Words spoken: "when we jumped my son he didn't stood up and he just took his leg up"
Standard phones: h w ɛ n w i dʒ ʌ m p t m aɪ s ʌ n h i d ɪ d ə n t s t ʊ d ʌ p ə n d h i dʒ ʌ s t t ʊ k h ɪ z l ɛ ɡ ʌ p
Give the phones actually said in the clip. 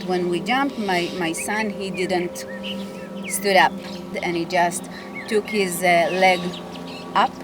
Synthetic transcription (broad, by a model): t w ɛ n w i dʒ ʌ m p t m aɪ s ʌ n h i d ɪ d ə n t s t ʊ d ʌ p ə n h i dʒ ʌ s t t ʊ k h ɪ z l ɛ ɡ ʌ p